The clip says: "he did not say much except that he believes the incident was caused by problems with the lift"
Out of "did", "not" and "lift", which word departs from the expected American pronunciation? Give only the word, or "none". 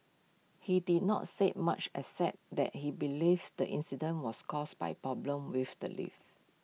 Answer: lift